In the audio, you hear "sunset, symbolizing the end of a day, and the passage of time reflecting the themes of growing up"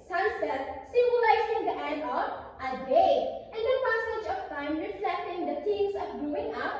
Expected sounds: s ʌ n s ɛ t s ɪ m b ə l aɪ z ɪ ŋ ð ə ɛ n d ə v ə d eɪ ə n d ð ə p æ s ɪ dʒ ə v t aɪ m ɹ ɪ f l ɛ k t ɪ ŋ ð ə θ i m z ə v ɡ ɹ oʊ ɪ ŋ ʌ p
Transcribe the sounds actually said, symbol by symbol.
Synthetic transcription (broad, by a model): s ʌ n s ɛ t s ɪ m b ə l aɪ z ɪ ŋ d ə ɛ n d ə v ə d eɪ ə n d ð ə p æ s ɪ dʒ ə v t aɪ m ɹ ɪ f l ɛ k t ɪ ŋ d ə t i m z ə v ɡ ɹ oʊ ɪ ŋ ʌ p